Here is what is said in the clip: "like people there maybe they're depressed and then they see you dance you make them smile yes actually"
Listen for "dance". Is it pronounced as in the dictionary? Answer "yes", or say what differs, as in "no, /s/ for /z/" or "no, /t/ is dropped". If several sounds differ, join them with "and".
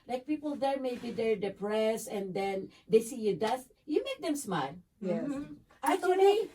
no, /n/ is dropped